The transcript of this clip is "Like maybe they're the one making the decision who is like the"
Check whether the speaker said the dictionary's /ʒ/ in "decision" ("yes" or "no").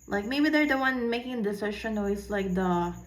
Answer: no